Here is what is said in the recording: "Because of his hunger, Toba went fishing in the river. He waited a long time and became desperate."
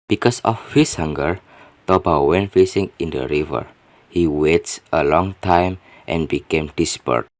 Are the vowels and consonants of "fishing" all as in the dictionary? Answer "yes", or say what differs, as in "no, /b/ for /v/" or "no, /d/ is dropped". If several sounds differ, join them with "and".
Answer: no, /s/ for /ʃ/